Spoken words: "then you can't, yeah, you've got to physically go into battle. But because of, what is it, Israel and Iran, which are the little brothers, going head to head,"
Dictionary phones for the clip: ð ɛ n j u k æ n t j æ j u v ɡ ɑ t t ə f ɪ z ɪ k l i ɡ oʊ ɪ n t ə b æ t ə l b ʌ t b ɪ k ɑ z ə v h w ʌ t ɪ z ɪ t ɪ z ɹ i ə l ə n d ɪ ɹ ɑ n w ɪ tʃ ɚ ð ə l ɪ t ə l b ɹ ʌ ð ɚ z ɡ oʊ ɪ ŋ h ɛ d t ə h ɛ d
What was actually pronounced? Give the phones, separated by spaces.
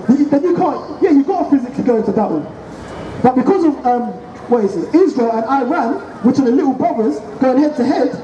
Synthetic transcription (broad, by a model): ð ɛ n j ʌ k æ n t j æ j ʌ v ɡ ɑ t t ə f ɪ z ɪ k l i ɡ oʊ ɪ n t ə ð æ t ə n b ʌ t b ɪ k ɑ z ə v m w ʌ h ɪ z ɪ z ɪ z ɹ i ə l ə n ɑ ɪ ɹ ɑ n w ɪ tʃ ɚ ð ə l ɪ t l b ʌ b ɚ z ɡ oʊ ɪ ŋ h ɛ d t ə h ɛ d